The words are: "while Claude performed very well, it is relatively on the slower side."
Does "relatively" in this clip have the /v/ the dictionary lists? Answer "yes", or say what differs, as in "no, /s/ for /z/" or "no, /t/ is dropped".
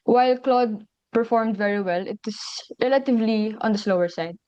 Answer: yes